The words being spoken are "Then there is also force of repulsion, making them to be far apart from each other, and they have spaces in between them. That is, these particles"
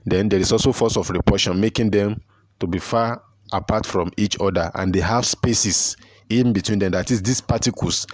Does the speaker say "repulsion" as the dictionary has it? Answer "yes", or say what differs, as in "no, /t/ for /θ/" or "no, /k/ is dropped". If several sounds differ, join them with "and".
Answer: no, /l/ is dropped